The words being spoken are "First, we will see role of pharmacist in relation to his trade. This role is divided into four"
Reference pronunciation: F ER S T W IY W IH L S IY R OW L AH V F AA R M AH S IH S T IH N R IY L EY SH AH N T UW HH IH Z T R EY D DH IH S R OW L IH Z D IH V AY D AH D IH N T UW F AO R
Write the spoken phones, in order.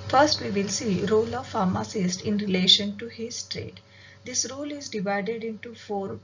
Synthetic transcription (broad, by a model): F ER S T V IY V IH L S IY R OW L AH V F AA R M AH S IH S T IH N R IY L EY SH AH N T UW HH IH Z T R EY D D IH S R OW L IH Z D IH V AY D AH D IH N T UW F AO R